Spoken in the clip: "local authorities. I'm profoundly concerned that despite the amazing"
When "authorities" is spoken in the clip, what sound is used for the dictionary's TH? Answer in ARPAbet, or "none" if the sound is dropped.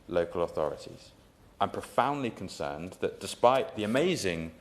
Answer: TH